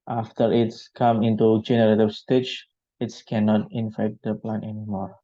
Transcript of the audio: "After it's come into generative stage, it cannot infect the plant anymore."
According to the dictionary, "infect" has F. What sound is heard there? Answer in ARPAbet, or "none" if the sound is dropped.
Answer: F